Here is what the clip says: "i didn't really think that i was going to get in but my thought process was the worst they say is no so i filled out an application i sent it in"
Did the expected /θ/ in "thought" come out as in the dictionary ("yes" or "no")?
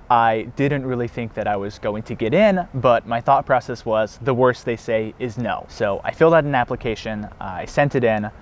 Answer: yes